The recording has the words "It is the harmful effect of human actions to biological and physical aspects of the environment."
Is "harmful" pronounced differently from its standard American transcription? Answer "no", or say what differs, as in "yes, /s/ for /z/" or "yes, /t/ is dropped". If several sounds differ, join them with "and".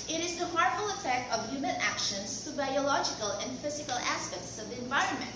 yes, /m/ is dropped